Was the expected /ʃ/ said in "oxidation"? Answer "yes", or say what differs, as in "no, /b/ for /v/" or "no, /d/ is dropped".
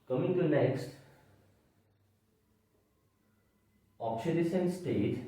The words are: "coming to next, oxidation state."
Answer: no, /s/ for /ʃ/